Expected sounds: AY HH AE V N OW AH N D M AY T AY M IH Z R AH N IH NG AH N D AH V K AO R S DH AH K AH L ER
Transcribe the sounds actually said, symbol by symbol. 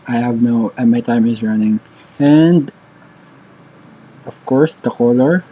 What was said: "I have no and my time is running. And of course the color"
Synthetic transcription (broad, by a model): AY HH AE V N OW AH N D M AY T AY M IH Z R AH N IH NG AH N D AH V K AO R S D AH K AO L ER